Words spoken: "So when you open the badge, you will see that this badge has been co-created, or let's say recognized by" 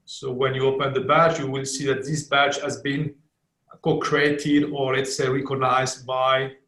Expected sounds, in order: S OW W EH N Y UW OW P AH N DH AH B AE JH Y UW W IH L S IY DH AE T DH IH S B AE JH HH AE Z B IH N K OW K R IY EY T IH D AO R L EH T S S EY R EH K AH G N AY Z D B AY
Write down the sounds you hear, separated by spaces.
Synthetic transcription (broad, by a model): S OW W EH N Y UW OW P AH N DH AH B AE CH Y UW W IH L S IY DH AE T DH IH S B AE CH HH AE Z B IH N K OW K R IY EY T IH D AO R L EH T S S EY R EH K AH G N AY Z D B AY